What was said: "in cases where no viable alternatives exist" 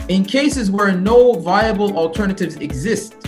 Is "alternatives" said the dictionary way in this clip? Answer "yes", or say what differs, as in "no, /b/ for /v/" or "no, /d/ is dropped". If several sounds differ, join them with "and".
yes